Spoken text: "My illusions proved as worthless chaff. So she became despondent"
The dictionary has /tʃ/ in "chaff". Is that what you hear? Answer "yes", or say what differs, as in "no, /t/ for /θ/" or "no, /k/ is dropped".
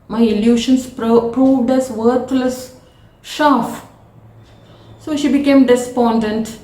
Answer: no, /ʃ/ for /tʃ/